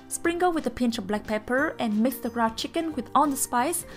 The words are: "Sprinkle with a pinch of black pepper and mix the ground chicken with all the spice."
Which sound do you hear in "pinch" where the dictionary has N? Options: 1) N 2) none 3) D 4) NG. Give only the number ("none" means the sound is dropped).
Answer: 1